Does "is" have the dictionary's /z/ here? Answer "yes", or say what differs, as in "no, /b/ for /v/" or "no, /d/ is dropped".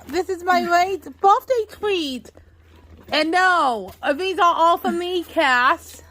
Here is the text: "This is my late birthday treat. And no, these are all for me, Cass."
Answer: yes